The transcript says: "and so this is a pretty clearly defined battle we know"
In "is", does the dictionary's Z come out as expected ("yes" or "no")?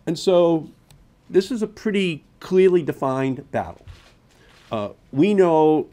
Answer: yes